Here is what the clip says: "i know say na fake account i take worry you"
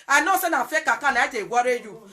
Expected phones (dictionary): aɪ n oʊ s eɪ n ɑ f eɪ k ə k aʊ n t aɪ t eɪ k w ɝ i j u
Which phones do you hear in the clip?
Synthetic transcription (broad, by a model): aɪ n oʊ s eɪ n ɑ f eɪ k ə k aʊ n aɪ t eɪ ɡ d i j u